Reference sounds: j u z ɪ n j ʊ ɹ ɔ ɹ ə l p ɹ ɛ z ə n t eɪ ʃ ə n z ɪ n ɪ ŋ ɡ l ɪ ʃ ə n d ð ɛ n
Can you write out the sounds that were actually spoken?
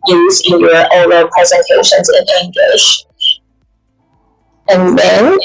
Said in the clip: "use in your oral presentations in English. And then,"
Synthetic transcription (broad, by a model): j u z ɪ n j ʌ ɹ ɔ ə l p ɹ ɛ z ə n t eɪ ʃ ə n z ɪ n ɪ ŋ ɡ l ɪ ʃ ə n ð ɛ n